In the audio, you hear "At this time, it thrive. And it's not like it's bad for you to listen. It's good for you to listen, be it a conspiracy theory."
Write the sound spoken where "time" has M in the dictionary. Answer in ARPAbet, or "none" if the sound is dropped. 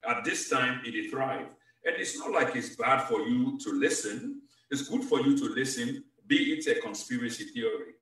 M